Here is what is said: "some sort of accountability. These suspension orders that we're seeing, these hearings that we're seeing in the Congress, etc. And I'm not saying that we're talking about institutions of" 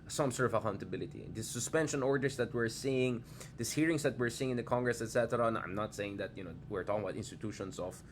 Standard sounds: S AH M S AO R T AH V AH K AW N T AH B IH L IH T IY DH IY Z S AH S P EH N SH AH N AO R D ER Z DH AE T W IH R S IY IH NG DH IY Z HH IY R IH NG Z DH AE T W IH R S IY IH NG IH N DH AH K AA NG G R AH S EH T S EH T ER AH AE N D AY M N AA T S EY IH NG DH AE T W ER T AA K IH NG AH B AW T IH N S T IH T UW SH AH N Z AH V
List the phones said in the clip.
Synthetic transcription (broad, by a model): S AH M S AO R T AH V AH K AW N T AH B IH L IH T IY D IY S AH S P EH N SH AH N AO R D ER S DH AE T W IH R S IY IH NG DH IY S HH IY R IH NG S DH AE T W IH R S IY IH NG IH N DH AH K AA NG G R AH S EH T S EH T ER AH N AY M N AA T S EY IH NG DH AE T W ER T AA K IH NG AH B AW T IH N S T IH T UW SH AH N S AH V